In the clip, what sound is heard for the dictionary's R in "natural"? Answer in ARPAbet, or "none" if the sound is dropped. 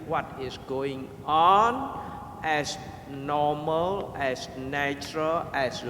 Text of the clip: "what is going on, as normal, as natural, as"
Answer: R